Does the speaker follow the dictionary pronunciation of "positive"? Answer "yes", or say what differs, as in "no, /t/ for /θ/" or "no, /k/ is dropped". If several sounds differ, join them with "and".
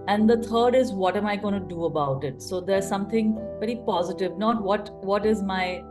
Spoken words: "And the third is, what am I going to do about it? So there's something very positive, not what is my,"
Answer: yes